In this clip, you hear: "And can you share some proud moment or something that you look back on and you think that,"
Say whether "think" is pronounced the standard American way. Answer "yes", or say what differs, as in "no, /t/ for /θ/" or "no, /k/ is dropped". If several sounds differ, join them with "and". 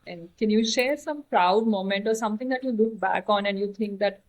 no, /t/ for /θ/